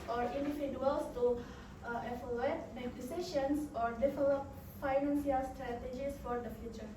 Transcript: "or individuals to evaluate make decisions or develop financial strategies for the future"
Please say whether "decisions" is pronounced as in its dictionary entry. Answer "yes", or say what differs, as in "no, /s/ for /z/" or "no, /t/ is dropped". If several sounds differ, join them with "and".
no, /ʃ/ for /ʒ/